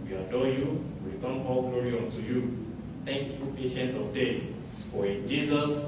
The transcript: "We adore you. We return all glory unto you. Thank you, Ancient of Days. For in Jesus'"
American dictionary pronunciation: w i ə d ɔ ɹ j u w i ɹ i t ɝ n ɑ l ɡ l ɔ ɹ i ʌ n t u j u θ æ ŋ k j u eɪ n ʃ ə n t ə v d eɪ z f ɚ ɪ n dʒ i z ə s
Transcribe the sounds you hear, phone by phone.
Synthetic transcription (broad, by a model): w i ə d ɔ j u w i ɹ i t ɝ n ɑ l ɡ l ɔ ɹ i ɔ n t u j u t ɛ ŋ k j u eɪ ʃ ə n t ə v d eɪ s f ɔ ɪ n dʒ i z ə s